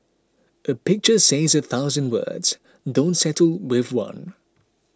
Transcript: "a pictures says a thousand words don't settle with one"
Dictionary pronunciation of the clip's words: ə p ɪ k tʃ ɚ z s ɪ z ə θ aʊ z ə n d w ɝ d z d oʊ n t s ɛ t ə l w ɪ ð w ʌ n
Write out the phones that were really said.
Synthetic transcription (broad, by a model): ə p ɪ k tʃ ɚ s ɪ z ə θ aʊ z ə n d w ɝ d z d oʊ n t s ɛ t ə l w ɪ ð w ʌ n